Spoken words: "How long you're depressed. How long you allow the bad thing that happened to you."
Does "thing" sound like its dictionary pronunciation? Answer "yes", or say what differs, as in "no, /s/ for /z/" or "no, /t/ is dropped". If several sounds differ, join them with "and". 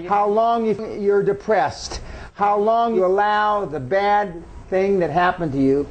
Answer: yes